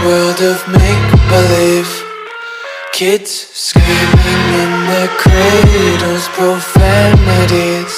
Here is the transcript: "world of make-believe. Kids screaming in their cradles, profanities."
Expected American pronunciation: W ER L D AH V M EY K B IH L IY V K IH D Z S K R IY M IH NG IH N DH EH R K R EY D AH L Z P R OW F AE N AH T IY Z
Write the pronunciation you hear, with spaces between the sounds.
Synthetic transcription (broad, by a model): W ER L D AH V M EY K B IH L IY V K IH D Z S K IY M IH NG IH N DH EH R K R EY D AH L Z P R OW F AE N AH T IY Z